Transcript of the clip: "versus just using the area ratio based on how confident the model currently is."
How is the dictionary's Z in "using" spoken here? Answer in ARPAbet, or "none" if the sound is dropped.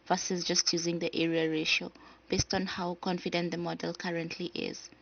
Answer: Z